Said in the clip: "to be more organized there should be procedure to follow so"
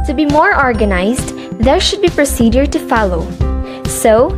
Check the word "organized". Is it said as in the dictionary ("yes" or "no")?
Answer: yes